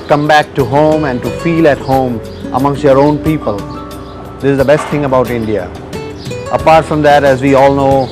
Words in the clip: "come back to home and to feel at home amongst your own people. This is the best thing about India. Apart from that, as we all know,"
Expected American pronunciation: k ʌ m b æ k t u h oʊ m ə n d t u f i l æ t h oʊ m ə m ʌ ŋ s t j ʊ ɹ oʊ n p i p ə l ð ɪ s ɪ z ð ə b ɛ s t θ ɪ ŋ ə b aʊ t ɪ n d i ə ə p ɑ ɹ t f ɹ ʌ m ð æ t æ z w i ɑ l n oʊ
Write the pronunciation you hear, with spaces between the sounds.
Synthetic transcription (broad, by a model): k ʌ m b æ k t u h oʊ m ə n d t u f i l æ t h oʊ m ə m ʌ ŋ s t j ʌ ɹ oʊ n p i p ə l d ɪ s ɪ z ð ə b ɛ s t t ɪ ŋ ə b aʊ t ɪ n d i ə ə p ɑ ɹ t f ɹ ʌ m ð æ t æ z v i ɑ l n oʊ